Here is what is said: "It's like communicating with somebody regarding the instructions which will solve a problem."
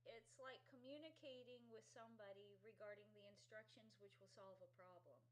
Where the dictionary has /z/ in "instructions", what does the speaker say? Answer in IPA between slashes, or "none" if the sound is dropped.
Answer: /z/